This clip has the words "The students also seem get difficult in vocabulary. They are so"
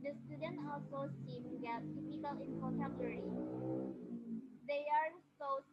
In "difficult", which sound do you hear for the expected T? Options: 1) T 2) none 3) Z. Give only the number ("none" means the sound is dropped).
2